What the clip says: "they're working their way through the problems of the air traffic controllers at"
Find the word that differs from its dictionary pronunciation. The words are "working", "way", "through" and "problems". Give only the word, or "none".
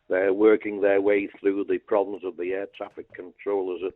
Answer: none